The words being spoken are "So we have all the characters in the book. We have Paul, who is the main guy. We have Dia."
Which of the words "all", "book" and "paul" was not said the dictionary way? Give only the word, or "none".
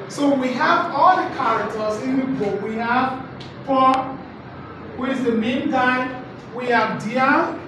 paul